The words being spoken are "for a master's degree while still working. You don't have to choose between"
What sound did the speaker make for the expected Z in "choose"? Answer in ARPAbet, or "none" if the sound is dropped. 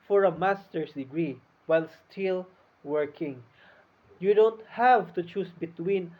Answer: S